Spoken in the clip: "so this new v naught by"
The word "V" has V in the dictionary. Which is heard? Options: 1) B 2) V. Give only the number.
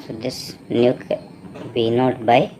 1